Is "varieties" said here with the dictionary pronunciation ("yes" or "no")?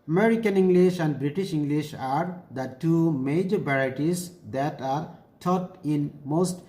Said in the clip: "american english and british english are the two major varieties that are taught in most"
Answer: no